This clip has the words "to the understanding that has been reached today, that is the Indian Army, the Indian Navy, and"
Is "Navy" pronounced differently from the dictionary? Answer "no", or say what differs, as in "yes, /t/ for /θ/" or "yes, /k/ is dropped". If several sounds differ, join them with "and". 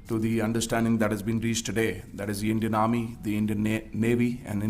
no